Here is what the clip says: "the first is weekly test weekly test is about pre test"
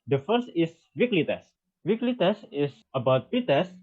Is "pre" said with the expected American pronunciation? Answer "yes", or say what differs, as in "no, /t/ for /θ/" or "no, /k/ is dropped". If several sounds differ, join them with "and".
no, /ɹ/ is dropped